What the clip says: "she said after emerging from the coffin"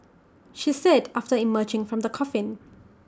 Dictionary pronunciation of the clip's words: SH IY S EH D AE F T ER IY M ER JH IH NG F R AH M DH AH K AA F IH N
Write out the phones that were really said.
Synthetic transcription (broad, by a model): SH IY S EH D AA F T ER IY M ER JH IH NG F R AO M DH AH K AA F IH N